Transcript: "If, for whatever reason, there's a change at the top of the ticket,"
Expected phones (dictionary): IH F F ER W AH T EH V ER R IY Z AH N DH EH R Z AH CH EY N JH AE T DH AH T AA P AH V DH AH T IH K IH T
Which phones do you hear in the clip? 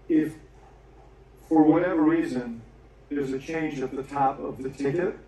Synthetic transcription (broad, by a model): IH F F ER W AH T EH V ER R IY Z AH N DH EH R Z AH CH EY N JH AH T DH AH T AA P AH V DH AH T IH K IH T